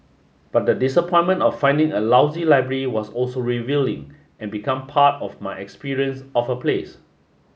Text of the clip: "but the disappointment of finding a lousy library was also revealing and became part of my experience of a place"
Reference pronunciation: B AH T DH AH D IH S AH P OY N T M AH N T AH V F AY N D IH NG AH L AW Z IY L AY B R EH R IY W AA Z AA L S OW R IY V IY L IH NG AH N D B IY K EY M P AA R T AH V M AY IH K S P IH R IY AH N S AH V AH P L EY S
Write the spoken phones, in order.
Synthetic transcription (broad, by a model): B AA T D AH D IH S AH P OY N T M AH N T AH F AY N D IH NG AH L AW Z IY L AY B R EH R IY W AA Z AA L S OW R IY V IY L IH NG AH N B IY K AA M P AA T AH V M AY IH K S P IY R IY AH N S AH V AH P L EY S